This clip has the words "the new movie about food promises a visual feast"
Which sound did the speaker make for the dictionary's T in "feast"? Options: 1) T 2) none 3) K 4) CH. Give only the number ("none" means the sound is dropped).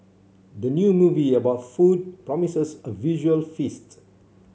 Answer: 1